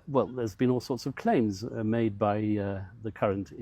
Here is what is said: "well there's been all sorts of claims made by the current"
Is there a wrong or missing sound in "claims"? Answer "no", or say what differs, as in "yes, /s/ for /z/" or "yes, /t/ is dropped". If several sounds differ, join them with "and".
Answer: no